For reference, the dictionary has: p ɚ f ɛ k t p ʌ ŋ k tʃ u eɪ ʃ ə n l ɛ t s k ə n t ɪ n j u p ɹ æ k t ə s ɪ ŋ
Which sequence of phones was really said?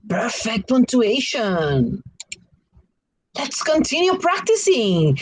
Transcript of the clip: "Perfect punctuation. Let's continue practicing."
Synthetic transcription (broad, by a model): p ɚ f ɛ k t p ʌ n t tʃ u eɪ ʃ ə n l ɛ t s k ə n t ɪ n j u p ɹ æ k t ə s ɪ ŋ